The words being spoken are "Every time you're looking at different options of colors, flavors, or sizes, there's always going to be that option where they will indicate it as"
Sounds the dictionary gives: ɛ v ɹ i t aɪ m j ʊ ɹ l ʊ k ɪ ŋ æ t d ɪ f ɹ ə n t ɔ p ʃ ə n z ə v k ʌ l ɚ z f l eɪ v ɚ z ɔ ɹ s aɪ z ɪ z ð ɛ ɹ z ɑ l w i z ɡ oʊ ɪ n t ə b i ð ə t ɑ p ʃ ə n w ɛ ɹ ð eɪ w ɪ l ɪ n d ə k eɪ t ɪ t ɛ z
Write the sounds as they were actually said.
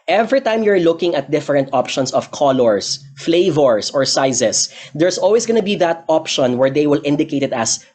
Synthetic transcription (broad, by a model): ɛ v ɹ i t aɪ m j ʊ ɹ l ʊ k ɪ ŋ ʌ t d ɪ f ɹ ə n t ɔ p ʃ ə n s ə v k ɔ l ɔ s f l eɪ v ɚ s ɔ ɹ s aɪ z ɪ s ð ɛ ɹ s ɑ l w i s ɡ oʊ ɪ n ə b i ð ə t ɑ p ʃ ə n w ɛ ɹ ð eɪ w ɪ l ɪ n d ə k eɪ t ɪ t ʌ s